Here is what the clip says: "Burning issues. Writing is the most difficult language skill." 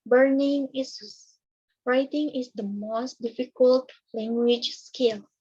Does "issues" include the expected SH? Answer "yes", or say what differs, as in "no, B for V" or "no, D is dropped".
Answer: no, S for SH